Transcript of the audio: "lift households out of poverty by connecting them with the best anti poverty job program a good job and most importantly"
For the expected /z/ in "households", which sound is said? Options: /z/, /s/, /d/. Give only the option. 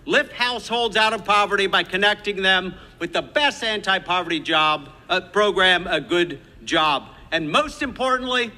/z/